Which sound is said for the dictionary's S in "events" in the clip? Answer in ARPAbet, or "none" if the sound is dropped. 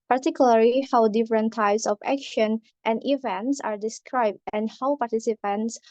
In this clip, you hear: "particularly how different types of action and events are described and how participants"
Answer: S